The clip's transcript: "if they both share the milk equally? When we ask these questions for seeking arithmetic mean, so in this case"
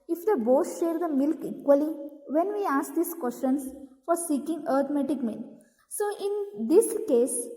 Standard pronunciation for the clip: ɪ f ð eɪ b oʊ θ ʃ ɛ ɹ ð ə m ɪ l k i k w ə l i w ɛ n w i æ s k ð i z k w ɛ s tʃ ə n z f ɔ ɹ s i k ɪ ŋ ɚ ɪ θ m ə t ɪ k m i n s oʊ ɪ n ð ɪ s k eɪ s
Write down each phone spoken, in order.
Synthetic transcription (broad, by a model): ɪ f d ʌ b oʊ s ʃ ɛ ɹ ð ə m ɪ l k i k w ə l i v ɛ n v i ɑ s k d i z k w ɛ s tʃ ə n s f ɔ ɹ s i k ɪ ŋ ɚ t m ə t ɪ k m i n s oʊ ɪ n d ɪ s k eɪ s